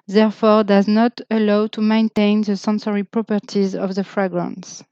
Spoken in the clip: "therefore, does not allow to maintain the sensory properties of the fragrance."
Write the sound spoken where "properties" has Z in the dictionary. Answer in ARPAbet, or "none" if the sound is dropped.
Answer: Z